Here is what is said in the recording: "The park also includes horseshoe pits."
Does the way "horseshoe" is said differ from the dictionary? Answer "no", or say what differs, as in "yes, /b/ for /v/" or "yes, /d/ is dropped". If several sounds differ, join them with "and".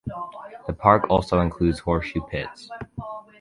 yes, /s/ is dropped